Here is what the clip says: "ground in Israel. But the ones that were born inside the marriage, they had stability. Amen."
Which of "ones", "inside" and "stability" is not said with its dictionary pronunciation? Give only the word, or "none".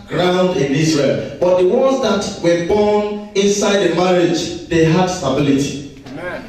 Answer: ones